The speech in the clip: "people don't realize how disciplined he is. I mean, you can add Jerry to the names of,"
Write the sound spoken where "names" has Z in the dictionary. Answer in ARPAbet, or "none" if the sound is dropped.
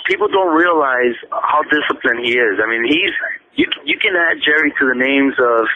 Z